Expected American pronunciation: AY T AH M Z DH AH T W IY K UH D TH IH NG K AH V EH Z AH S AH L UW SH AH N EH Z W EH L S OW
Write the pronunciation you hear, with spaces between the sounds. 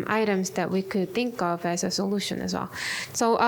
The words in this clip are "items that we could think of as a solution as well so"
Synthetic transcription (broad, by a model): AY T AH M Z DH AH T W IY K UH D TH IH NG K AH V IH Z AH S AH L UW SH AH N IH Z W EH L S OW